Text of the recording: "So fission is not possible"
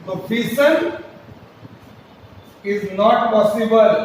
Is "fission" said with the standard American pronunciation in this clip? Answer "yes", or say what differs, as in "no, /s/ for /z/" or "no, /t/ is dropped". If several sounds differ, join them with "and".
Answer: no, /s/ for /ʃ/